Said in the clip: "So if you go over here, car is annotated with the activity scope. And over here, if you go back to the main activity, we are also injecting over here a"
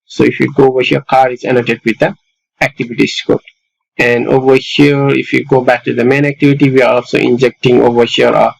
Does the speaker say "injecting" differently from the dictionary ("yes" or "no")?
no